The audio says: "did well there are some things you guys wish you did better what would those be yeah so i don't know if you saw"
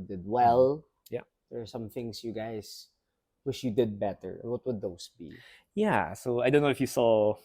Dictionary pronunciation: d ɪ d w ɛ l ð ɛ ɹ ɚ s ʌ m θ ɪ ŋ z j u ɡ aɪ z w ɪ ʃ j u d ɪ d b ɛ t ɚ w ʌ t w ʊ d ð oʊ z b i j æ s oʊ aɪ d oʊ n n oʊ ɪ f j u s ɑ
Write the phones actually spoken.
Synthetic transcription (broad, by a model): d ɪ d w ɛ l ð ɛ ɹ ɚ s ʌ m θ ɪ ŋ s j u ɡ aɪ s w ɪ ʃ j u d ɪ d b ɛ t ɚ w ʌ t w ʊ d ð oʊ s b i j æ s oʊ aɪ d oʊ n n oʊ ɪ f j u s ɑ